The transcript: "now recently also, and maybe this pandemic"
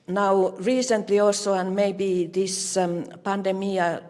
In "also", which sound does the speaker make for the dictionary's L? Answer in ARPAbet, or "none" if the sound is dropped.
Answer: none